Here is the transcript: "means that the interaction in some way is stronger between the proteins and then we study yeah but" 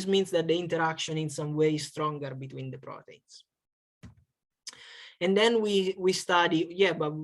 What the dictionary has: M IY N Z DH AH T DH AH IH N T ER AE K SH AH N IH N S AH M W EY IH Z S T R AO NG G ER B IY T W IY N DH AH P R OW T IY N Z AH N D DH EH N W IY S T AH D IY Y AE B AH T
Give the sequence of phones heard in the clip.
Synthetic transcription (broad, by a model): M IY N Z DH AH T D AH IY N T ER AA K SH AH N IH N S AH M W EY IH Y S T R AO NG G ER B IY T W IY N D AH P R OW T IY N S AH N D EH N W IY S T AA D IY Y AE B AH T